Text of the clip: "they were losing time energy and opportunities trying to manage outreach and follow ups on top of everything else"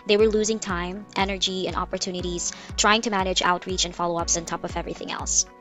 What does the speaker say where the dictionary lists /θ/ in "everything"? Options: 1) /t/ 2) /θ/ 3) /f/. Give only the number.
2